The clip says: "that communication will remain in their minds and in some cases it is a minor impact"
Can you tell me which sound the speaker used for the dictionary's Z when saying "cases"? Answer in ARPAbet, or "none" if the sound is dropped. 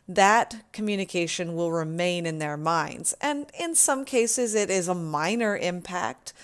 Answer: Z